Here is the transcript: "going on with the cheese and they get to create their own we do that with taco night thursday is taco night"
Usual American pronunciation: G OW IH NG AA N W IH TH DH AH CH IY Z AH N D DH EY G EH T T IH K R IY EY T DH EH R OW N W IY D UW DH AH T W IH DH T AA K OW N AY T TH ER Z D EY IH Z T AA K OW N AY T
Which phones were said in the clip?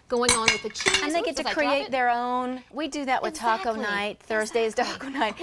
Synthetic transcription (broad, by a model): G OW IH NG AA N W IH DH AH CH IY AH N DH EY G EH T T IH K R IY EY T DH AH R OW N W IY D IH DH AH T W IH DH T AA K OW N AY T TH ER Z D EY IH Z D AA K OW N AY T